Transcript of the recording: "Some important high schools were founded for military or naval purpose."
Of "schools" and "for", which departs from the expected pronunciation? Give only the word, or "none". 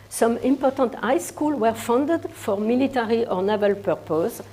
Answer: schools